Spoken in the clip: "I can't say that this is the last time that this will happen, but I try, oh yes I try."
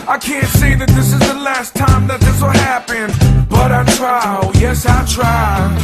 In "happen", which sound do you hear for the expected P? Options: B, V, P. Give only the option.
P